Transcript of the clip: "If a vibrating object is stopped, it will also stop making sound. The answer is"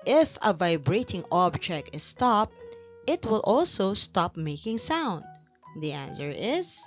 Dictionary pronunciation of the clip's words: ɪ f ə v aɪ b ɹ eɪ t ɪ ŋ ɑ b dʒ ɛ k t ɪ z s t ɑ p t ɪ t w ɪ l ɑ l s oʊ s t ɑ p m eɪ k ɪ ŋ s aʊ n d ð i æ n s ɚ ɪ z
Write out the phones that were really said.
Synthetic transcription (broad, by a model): ɪ f ə v aɪ b ɹ eɪ t ɪ ŋ ɑ b dʒ ɛ k t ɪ s t ɑ p t ɪ t w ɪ l ɑ l s oʊ s t ɑ p m eɪ k ɪ ŋ s aʊ n d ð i æ n s ɚ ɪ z